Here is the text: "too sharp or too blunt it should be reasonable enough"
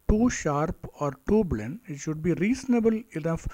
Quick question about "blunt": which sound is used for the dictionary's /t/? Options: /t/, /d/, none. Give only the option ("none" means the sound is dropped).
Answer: none